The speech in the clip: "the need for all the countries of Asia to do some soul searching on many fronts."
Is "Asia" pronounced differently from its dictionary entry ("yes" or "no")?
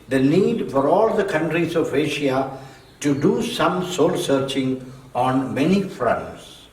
yes